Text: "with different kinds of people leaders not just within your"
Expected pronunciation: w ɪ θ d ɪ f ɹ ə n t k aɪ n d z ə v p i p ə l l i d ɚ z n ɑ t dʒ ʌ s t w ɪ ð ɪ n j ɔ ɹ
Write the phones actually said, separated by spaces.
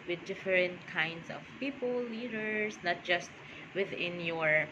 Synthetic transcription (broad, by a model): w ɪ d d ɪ f ɹ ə n t k aɪ n d s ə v p i p ə l l i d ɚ s n ɑ t dʒ ʌ s t w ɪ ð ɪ n j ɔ ɹ